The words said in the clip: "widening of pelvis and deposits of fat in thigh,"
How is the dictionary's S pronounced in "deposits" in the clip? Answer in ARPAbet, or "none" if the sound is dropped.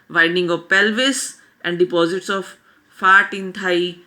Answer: S